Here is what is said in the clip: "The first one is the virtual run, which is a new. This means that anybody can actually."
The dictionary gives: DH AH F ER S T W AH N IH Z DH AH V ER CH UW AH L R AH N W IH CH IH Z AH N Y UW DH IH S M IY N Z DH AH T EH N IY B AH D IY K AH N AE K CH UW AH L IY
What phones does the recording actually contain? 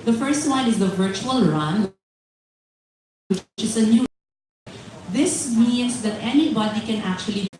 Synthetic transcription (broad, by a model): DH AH F ER S T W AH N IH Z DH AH V ER CH UW AH L R AH N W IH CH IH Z AH N Y UW DH IH S M IY N S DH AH T EH N IY B AH D IY K AH N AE K CH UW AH L IY